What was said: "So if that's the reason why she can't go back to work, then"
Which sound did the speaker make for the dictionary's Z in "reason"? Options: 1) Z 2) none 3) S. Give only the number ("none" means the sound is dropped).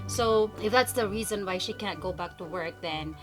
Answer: 1